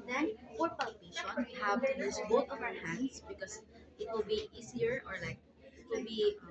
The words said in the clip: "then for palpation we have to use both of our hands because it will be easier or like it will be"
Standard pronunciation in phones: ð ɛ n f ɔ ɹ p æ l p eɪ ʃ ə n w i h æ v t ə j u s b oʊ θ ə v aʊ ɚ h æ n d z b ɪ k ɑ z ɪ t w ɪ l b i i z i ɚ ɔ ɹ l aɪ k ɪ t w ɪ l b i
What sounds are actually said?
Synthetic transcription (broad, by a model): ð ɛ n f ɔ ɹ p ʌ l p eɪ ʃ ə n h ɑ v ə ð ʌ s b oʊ t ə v aʊ ɚ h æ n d s b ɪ k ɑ s ɪ t w ɪ l b i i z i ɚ ɔ ɹ l aɪ k ɪ t w ɪ l b i